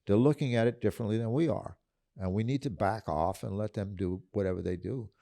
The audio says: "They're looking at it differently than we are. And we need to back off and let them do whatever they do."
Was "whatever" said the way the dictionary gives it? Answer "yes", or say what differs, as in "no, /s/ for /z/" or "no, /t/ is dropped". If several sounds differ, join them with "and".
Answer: yes